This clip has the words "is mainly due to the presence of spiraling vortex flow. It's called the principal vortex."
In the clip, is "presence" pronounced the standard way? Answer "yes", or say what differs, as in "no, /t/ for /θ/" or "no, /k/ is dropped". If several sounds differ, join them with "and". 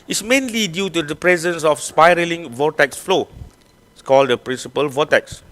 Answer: yes